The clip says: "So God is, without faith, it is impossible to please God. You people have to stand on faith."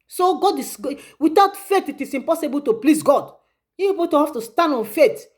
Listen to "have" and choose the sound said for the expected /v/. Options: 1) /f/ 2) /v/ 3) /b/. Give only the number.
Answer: 1